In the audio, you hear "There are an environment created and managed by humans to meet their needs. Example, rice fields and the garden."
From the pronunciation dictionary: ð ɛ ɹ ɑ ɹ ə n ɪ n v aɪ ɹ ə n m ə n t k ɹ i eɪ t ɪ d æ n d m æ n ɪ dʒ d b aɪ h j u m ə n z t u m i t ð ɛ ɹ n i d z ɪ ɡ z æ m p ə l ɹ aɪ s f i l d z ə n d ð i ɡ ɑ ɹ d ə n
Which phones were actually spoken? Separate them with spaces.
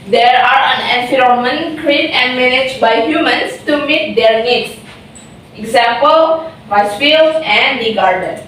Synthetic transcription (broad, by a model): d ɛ ɹ ɑ ɹ ə n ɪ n f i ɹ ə m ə n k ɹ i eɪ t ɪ n d m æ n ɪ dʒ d b aɪ h j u m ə n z t u m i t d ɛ ɹ n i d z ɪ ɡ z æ m p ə l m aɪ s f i l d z ə n d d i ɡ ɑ ɹ d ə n